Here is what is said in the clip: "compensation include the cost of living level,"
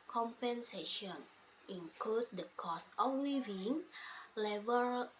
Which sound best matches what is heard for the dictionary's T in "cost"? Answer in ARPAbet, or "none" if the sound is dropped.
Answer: none